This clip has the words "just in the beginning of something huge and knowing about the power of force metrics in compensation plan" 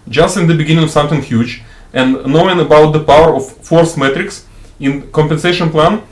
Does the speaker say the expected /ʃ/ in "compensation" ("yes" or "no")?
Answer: yes